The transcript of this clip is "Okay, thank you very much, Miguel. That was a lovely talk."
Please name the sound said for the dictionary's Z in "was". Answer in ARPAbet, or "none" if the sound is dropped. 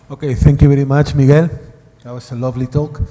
S